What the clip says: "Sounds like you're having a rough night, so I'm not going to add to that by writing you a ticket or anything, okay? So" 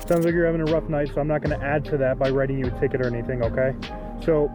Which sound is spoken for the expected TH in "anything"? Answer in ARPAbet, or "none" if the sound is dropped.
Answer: TH